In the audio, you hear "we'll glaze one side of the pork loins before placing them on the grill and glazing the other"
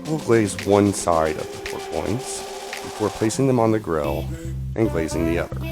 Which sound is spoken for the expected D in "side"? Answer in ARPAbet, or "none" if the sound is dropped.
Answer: D